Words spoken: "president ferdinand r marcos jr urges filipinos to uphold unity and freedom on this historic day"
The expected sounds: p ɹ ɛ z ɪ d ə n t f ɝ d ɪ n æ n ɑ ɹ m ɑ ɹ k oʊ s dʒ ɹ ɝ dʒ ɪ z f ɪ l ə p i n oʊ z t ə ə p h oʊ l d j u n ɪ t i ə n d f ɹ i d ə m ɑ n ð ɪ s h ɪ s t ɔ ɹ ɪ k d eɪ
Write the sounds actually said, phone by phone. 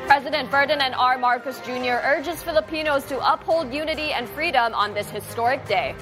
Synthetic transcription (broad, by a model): p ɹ ɛ z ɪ d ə n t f ɝ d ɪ n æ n ɑ ɹ m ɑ ɹ k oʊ s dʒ ɹ ɝ dʒ ɪ z f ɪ l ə p i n oʊ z t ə ə p h oʊ l d j u n ɪ t i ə n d f ɹ i d ə m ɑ n ð ɪ s h ɪ s t ɔ ɹ ɪ k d eɪ